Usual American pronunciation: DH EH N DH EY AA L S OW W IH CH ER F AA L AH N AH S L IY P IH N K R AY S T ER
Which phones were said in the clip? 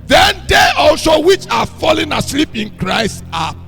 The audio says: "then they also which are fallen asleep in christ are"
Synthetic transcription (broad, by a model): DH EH N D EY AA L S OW W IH CH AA F AA L AH N AH S L IY P IH N K R AY S T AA